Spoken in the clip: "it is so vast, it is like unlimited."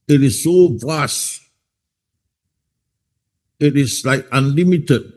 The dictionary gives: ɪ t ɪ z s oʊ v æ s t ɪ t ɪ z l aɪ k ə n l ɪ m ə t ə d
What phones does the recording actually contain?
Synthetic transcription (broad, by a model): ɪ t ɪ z s oʊ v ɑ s ɪ t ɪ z l aɪ k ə n l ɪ m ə t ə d